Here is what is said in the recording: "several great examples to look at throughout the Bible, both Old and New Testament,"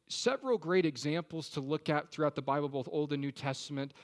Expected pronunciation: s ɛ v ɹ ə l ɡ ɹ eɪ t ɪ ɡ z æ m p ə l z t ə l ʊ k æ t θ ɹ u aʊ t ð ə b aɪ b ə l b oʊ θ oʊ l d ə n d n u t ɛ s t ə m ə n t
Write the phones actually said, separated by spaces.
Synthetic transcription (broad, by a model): s ɛ v ɹ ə l ɡ ɹ eɪ t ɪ ɡ z æ m p l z t ə l ʊ k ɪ t θ ɹ u aʊ t ð ə b aɪ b l b oʊ θ oʊ l d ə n n u t ɛ s t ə m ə n t